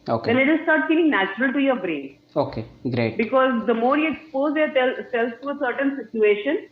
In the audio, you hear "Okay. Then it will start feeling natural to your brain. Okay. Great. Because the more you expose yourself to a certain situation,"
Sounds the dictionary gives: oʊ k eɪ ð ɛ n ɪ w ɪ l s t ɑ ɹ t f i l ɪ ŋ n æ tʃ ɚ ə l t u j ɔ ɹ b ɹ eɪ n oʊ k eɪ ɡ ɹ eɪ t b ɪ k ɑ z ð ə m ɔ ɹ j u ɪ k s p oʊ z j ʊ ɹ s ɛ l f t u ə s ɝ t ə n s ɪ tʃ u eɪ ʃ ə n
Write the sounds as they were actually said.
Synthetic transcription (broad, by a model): oʊ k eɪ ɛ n ɪ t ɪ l s t ɑ ɹ t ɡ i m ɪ ŋ n æ tʃ ɚ ə l t u j ɔ ɹ b ɹ eɪ n oʊ k eɪ ɡ ɹ eɪ t b ɪ k ɑ z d ə m ɔ ɹ j u ɪ k s p oʊ z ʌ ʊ l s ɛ l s t u ə s ɝ t ə n s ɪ tʃ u eɪ ʃ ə n